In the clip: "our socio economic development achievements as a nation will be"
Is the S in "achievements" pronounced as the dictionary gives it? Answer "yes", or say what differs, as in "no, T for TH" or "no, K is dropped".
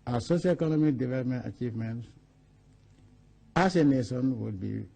no, S is dropped